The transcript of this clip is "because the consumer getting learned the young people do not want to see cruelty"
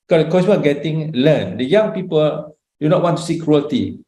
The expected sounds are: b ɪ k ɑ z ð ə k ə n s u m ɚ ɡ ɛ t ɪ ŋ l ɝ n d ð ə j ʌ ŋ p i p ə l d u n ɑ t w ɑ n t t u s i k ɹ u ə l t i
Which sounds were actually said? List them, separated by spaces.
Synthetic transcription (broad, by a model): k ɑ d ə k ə s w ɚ ɡ ɛ t ɪ ŋ l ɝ n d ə j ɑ ŋ p i p ə l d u n ɑ t w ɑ n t t u s i k ɹ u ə l t i